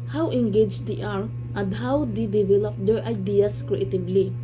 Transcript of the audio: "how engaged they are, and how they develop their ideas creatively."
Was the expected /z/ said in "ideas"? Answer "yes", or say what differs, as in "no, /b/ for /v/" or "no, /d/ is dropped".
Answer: no, /s/ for /z/